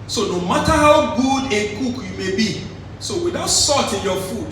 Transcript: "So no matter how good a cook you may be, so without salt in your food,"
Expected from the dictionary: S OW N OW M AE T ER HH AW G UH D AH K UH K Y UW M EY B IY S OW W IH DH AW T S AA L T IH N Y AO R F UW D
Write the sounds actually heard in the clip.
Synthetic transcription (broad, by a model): S OW N OW M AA T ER HH AW G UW D AH K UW K Y UW M EY B IY S OW W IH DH AW T S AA T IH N Y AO F UW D